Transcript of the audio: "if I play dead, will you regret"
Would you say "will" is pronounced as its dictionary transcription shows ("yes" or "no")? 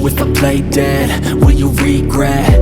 no